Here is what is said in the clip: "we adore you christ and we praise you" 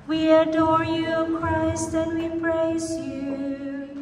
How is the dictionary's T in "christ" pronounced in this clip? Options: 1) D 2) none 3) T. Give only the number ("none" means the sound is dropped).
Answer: 3